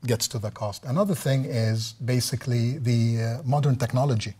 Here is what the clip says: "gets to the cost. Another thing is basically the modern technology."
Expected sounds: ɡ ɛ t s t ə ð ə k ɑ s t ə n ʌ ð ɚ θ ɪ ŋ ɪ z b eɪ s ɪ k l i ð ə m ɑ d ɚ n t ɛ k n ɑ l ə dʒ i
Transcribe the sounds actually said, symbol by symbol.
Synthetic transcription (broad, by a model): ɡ ɛ t s t ə ð ə k ɑ s t ə n ʌ ð ɚ θ ɪ ŋ ɪ z b eɪ s ɪ k l i ð ə m ɑ d ɚ n t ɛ k n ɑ l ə dʒ i